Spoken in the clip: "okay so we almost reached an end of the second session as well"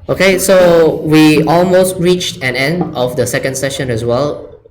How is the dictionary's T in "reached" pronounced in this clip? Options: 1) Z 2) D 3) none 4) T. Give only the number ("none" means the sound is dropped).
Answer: 4